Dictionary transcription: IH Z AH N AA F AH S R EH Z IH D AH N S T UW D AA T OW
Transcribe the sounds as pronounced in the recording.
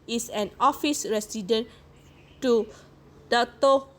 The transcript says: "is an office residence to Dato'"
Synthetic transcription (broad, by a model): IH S AH N AA F AH S R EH S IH D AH N T UW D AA T OW